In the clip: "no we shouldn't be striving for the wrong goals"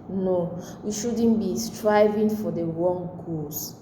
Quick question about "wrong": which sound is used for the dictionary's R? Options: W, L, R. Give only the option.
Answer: W